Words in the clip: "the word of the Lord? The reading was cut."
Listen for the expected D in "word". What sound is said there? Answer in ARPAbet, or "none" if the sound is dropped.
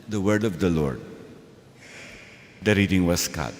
D